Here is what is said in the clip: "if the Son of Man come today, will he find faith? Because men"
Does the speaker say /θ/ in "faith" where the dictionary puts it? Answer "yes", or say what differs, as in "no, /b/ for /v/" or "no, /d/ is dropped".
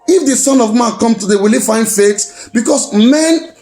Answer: no, /s/ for /θ/